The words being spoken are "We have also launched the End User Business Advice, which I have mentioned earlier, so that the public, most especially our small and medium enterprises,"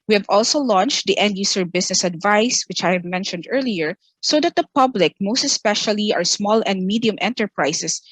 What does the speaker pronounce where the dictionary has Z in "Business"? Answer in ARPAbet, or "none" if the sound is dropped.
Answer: S